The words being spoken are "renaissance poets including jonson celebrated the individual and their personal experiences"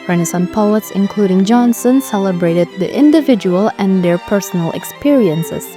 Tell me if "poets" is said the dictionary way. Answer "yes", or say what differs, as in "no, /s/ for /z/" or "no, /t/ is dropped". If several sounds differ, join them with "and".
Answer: yes